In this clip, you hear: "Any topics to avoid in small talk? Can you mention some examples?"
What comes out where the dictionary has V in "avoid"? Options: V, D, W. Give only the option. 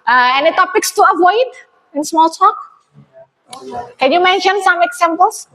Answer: V